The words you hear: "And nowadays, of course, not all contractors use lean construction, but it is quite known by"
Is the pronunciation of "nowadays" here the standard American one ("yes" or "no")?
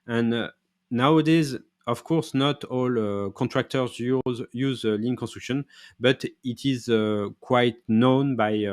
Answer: yes